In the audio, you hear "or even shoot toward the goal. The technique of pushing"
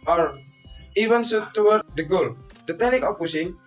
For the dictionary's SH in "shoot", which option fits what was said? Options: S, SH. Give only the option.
S